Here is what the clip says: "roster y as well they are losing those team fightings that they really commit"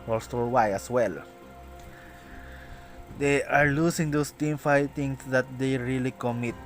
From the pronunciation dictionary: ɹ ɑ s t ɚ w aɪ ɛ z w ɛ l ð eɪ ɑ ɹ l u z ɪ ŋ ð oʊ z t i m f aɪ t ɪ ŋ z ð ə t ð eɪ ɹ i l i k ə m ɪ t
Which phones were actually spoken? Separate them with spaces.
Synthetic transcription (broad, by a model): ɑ s t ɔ w aɪ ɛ s w ɛ l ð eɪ ɑ ɹ l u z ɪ ŋ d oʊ s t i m f aɪ t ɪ ŋ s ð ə t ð eɪ ɹ i l i k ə m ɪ t